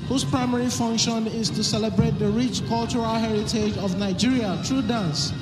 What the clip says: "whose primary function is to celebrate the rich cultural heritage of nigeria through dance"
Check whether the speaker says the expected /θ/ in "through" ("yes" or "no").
no